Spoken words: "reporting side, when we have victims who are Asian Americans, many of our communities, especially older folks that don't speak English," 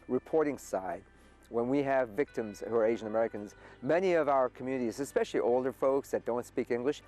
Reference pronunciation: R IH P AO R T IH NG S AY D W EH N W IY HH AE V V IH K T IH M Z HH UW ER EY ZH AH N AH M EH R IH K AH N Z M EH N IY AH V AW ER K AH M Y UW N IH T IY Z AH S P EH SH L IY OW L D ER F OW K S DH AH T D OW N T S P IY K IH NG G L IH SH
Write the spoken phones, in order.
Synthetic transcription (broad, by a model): R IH P AO R T IH NG S AY D W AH N W IY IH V V IH K T IH M Z HH UW ER EY ZH AH N AH M EH R IH K AH N Z M EH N IY AH V AW ER K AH M Y UW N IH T IY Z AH S P EH SH L IY OW L D ER F OW K S DH AH T D OW N T S P IY K IH NG G L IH SH